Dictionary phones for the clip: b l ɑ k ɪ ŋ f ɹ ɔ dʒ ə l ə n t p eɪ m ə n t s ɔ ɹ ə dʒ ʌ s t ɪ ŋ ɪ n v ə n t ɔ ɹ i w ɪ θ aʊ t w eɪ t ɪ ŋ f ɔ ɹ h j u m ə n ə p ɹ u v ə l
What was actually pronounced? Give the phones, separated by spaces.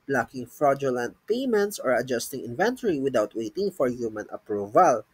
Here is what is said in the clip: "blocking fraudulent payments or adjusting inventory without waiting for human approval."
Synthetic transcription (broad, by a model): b l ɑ k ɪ ŋ f ɹ ɔ dʒ ə l ə n t p eɪ m ə n t s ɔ ɹ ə dʒ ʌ s t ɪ ŋ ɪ n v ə n t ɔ ɹ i w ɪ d aʊ t w eɪ t ɪ ŋ f ɔ ɹ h j u m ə n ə p ɹ u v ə l